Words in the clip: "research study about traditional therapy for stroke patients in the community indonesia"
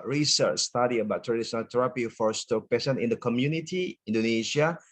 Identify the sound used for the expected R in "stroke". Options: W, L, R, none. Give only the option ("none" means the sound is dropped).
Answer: none